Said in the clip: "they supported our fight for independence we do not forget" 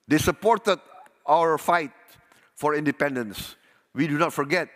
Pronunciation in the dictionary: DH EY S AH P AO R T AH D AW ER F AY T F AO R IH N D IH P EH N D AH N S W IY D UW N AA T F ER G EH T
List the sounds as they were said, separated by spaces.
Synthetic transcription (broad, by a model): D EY S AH P AO R T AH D AW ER F AY T F AO R IH N D IH P EH N D AH N S W IY D UW N AA T F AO G EH T